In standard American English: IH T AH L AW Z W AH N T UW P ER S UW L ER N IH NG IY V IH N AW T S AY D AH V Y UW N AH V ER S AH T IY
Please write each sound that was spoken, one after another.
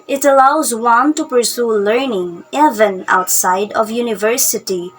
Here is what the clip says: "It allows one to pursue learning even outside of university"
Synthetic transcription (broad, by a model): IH T AH L AW Z W AH N T UW P ER S UW L ER N IH NG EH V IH N AW T S AY D AH V Y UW N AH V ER S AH T IY